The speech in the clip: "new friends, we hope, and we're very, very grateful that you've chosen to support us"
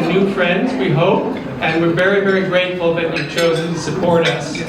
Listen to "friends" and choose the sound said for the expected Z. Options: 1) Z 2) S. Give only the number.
1